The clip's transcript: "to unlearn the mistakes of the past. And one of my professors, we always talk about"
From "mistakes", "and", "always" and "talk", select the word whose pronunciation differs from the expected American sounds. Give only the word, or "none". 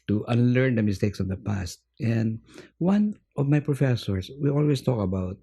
always